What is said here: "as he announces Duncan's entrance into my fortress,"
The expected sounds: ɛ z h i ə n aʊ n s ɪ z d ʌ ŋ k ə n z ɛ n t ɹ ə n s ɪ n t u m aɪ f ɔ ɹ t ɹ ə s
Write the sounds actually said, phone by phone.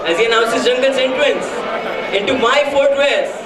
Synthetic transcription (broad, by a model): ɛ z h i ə n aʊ n s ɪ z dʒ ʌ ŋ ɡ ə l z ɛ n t l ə n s ɪ n t u m aɪ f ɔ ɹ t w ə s